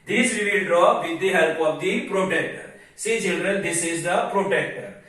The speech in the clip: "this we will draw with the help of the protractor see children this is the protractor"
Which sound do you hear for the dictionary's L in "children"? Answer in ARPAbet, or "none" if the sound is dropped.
L